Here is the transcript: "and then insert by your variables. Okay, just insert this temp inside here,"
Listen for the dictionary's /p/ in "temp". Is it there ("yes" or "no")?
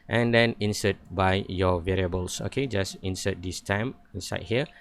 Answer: no